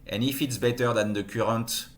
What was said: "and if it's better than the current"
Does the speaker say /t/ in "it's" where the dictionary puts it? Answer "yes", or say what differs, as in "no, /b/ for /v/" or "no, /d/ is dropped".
yes